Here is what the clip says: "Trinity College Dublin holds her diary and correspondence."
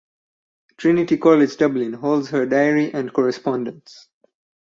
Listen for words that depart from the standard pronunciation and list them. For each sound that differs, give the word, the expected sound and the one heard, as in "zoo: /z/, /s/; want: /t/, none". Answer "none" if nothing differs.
none